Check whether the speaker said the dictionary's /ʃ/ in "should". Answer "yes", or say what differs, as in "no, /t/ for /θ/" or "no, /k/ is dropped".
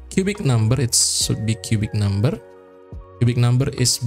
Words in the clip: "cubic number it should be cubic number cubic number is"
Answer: no, /s/ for /ʃ/